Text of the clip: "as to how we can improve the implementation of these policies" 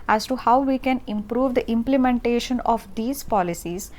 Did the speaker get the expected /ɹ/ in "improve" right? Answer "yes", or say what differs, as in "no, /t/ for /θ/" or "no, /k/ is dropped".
yes